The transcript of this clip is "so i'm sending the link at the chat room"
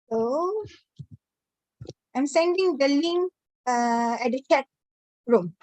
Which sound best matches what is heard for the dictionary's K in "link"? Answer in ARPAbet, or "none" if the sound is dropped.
none